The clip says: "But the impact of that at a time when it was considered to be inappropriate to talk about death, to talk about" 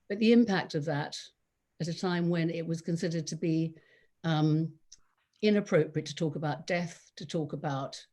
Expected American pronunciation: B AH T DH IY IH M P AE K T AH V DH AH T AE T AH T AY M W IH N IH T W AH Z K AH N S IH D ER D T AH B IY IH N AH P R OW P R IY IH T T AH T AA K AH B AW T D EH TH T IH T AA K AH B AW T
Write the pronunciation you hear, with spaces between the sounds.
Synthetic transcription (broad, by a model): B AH T DH IY IH M P AE K T AH V DH AH T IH T AH T AY M W IH N IH T W AH Z K AH N S IH D ER D T AH B IY IH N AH P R OW P R IY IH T T AH T AA K AH B AW T D EH TH T IH T AA K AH B AW T